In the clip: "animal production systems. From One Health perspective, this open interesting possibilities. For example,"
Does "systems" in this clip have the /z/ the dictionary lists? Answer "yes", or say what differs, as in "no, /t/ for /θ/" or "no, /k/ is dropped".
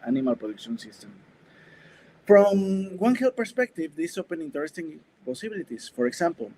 no, /z/ is dropped